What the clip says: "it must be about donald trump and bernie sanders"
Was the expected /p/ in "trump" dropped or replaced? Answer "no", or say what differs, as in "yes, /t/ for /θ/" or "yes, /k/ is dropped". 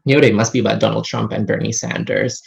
no